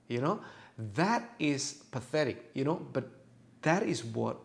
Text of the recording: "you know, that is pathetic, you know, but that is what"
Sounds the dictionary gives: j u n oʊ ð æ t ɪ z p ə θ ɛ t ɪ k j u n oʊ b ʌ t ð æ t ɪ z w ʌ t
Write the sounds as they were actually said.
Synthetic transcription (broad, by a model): j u n oʊ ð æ t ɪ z p ə θ ɛ t ɪ k j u n oʊ b ʌ t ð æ t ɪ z w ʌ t